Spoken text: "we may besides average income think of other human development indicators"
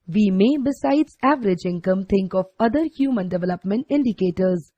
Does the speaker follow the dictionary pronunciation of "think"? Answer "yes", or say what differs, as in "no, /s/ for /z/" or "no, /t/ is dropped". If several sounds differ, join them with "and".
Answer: no, /t/ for /θ/